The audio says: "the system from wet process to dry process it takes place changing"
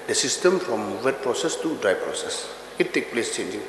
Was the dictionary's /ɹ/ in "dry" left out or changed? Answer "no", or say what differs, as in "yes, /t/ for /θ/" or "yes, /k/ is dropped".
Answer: no